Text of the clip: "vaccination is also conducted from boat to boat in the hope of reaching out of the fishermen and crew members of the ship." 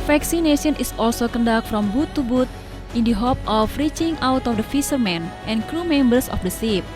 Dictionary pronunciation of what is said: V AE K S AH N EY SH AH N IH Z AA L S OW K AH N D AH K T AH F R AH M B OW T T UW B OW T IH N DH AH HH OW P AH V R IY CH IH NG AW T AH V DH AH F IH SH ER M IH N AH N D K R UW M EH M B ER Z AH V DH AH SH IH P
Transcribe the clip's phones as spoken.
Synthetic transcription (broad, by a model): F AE K S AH N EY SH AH N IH S AA L S OW K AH N D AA K F R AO M B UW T T UW B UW T IH N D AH HH OW P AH F R IY CH IH NG AW T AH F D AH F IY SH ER M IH N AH N K R UW M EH M B ER S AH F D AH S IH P